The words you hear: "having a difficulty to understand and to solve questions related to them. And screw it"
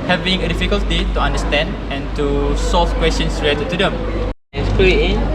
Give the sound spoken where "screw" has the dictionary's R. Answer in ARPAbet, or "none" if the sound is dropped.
none